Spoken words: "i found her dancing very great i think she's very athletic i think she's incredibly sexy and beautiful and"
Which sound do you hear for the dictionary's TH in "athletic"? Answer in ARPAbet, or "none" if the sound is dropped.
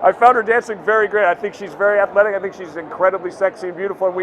TH